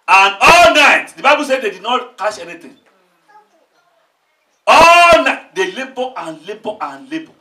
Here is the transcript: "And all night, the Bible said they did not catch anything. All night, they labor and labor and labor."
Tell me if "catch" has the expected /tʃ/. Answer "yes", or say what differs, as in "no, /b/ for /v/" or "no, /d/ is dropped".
no, /ʃ/ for /tʃ/